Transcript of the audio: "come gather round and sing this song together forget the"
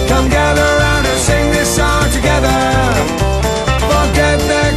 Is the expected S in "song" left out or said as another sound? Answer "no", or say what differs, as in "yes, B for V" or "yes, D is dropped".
yes, SH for S